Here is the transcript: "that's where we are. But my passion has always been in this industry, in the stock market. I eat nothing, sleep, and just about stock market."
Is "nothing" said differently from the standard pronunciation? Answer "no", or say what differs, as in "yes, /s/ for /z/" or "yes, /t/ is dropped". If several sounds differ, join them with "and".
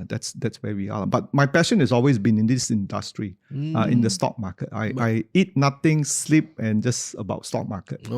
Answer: yes, /t/ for /θ/